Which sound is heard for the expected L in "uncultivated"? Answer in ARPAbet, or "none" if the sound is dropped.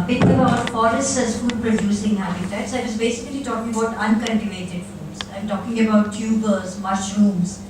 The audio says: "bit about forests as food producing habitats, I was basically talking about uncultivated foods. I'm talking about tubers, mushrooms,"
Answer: N